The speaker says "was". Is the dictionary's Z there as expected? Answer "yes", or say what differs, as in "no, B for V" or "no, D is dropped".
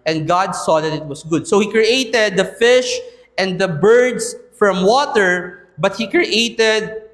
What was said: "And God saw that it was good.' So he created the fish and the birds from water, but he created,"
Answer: no, S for Z